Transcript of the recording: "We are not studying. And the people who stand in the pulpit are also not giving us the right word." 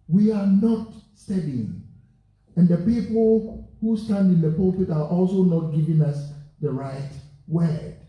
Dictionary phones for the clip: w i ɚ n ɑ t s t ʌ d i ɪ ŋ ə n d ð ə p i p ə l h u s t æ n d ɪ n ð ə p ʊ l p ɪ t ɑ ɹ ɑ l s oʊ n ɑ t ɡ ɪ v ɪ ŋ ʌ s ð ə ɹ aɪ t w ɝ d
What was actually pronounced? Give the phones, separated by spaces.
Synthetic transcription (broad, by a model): w i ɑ n ɑ t s t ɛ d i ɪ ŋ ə n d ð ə p i p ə l h u s t æ n d ɪ n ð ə p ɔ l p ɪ t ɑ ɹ ɑ l s oʊ n ɑ t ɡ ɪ v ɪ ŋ ʌ s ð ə ɹ aɪ t w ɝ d